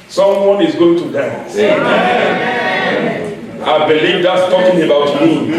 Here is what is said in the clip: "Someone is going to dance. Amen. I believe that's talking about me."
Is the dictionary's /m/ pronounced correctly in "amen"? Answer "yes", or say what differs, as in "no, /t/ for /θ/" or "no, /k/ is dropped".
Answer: no, /m/ is dropped